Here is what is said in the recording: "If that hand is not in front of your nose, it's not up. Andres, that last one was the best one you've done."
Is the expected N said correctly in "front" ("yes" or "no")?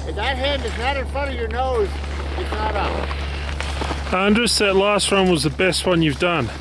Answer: no